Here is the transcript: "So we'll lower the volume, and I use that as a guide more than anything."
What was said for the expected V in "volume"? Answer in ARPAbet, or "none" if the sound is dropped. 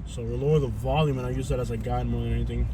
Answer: V